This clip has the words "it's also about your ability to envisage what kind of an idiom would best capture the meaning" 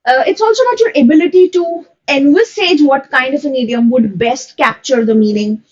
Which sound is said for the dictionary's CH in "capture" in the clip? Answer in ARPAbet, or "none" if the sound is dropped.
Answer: CH